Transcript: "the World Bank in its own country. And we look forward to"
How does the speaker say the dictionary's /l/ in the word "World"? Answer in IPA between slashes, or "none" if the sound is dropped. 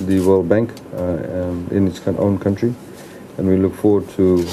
/l/